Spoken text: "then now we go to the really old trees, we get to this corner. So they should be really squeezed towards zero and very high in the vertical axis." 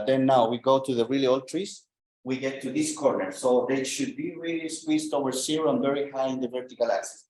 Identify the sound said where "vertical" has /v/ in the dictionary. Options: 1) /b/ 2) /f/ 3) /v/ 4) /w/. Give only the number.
3